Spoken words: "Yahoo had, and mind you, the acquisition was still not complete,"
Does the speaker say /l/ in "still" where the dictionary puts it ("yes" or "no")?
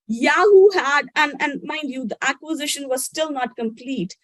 yes